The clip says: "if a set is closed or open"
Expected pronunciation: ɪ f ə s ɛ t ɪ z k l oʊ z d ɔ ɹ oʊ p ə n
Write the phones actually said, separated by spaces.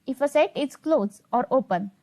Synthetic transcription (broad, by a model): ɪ f ə s ɛ t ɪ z k l oʊ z ɔ ɹ oʊ p ə n